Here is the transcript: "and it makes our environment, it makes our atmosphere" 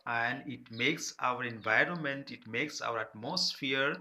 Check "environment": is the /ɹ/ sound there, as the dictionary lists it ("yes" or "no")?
yes